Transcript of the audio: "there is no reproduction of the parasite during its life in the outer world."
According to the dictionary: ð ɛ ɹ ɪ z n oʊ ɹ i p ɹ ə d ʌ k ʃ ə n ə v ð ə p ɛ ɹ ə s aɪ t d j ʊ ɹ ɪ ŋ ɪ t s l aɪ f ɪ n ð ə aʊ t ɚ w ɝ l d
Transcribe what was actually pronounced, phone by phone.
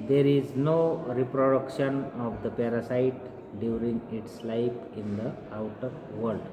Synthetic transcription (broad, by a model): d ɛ ɹ ɪ z n oʊ ɹ i p ɹ ə d ʌ k ʃ ə n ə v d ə p ɛ ɹ ə s aɪ t d j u ɹ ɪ ŋ ɪ t s l aɪ p ɪ n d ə aʊ t ɚ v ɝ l d